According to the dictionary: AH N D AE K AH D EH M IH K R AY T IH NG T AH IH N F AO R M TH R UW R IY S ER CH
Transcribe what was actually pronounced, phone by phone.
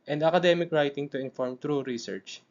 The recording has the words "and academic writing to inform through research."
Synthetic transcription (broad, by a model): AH N D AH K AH D EH M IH K R AY T IH NG T AH IH N F AO R M T R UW R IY S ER CH